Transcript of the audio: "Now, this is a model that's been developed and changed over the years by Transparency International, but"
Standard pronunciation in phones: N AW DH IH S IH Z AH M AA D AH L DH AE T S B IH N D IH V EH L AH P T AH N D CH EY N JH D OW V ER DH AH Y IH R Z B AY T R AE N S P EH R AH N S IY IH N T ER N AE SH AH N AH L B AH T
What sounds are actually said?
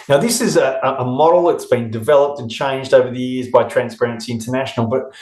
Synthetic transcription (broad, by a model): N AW DH IH S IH Z AH M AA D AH L DH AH T S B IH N D IH V EH L AH P T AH N CH EY N JH D OW V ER DH AH Y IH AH Z B AY T R AE N S P EH R AH N S IY IH N T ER N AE SH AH N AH L B AH T